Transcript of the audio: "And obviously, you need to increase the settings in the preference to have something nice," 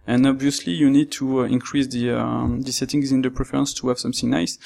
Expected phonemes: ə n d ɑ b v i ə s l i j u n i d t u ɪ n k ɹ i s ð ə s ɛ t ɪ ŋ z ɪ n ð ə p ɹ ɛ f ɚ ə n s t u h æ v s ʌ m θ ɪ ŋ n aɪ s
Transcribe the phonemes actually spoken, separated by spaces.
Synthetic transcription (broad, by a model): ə n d ɑ b v i ə s l i j u n i d t u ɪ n k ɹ i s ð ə s ɛ t ɪ ŋ z ɪ n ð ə p ɹ ɛ f ɚ ə n s t u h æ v s ʌ m θ ɪ ŋ n aɪ s